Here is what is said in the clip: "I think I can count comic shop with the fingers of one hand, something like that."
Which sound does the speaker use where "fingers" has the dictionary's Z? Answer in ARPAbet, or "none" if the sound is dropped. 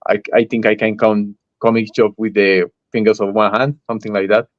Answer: S